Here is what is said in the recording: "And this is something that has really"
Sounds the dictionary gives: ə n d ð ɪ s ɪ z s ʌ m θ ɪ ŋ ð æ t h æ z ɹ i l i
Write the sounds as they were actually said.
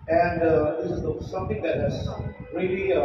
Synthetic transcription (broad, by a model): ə n d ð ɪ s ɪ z s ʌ m t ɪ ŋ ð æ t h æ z ɹ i l i